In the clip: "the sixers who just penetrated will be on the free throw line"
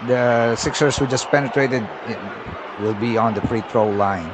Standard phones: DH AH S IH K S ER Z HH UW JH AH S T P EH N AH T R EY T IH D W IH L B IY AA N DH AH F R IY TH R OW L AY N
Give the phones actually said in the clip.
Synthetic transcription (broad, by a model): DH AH S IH K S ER S HH UW JH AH S P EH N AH T R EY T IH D W IH L B IY AA N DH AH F R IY T R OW L AY N